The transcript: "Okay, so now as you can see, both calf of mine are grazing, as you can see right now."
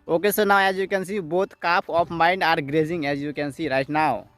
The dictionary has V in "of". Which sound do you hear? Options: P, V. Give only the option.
P